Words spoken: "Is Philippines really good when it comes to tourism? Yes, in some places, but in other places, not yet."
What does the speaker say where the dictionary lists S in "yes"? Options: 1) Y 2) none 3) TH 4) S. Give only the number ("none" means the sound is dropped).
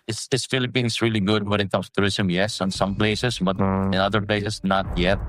4